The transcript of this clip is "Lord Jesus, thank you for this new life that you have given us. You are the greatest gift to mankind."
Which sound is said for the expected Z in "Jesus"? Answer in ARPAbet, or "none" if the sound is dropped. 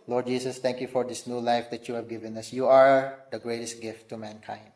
S